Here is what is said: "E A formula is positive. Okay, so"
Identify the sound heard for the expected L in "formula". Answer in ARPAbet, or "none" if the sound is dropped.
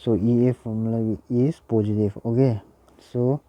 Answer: W